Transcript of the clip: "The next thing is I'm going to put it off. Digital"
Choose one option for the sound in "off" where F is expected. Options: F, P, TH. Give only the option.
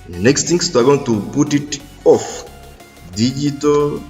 F